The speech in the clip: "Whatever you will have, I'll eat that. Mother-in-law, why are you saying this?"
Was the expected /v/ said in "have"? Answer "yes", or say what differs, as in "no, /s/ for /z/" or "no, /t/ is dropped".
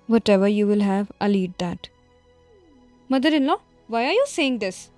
yes